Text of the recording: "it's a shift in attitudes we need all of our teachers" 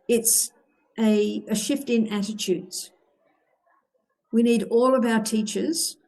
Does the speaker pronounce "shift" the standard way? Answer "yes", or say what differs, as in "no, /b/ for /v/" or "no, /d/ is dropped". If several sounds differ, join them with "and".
yes